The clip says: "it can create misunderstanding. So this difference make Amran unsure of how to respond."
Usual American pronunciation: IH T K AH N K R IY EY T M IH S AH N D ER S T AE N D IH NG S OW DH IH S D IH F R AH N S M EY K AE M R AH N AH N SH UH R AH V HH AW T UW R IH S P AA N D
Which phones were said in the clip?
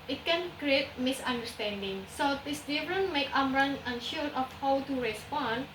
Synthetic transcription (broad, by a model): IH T K AH N K R IY EY T M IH S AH N D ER S T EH N D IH NG S OW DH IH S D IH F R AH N M EY K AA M R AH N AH N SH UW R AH F HH AW T UW R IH S P AA N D